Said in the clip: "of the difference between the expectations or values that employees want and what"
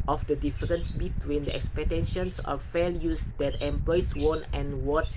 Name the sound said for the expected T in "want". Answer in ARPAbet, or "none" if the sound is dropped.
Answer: none